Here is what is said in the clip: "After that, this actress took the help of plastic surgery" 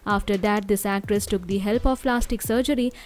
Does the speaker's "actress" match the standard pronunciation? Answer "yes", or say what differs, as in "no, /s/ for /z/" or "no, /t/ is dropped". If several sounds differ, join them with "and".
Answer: yes